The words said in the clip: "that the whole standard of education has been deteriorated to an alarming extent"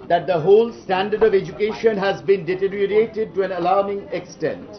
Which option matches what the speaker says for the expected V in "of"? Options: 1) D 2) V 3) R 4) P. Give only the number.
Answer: 2